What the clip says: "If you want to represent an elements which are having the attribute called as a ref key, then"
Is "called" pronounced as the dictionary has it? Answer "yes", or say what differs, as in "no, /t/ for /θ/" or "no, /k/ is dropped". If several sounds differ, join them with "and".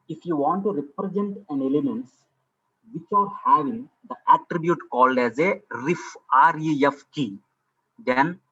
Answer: yes